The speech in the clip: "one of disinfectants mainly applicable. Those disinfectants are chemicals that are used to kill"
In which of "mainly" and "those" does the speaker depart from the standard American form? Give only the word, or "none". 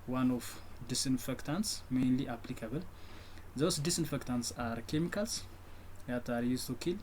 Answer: those